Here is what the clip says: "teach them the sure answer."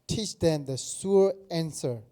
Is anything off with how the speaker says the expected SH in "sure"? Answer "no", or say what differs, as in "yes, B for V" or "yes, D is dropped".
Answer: yes, S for SH